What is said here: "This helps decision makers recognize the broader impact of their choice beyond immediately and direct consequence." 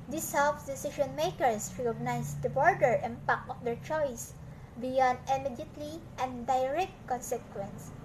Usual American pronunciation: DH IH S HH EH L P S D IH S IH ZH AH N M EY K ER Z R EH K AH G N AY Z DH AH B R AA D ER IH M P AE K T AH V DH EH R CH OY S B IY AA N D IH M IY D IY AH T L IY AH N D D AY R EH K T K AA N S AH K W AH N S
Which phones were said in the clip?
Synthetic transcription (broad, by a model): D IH S HH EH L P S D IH S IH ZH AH N M EY K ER S R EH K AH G N AY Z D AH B R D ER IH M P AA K AH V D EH R CH OY S B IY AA N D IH M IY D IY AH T L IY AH N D D AY R EH K T K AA N S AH K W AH N S